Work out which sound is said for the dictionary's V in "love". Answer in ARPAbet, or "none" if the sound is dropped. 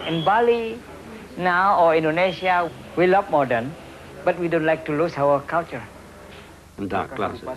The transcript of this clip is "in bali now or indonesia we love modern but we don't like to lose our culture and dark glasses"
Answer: P